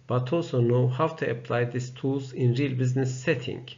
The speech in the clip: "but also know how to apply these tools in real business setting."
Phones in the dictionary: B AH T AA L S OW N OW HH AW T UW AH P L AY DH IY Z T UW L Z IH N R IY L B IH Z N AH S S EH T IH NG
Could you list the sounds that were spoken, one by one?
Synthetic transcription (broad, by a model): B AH T AA L S OW N OW HH AW T UW AH P L AY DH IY S T UW L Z IH N R IY L B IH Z N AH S S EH T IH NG